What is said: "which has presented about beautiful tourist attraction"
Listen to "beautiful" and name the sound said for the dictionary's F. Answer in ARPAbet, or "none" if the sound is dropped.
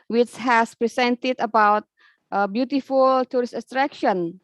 F